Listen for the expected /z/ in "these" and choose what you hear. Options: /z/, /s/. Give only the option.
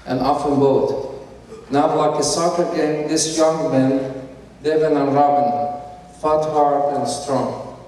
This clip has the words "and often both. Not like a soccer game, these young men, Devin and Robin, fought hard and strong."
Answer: /s/